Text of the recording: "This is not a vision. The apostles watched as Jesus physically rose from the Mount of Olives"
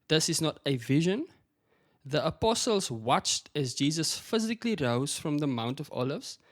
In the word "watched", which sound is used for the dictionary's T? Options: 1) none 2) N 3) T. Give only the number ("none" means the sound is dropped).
3